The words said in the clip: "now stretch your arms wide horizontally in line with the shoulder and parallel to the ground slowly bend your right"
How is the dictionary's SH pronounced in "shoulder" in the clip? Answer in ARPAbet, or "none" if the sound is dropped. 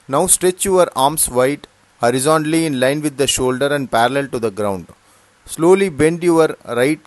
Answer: SH